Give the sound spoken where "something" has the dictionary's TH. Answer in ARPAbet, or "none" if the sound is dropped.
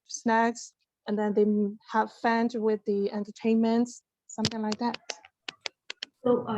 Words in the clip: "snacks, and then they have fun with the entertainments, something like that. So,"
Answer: TH